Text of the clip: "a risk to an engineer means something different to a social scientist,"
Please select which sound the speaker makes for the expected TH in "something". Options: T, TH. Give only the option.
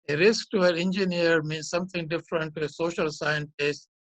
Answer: T